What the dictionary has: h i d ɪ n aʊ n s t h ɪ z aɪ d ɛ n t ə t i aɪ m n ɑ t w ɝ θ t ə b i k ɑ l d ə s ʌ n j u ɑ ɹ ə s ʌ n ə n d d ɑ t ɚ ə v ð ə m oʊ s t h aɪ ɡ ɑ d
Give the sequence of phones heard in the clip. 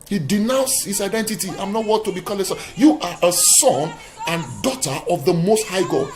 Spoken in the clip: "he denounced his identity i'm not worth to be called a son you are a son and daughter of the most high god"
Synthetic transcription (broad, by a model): h i d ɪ n aʊ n s h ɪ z aɪ d ɛ n t ə t i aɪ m n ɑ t w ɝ t ə b i k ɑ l ə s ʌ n j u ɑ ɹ ə s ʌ n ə n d d ɑ t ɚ ə v ð ə m oʊ s t h aɪ ɡ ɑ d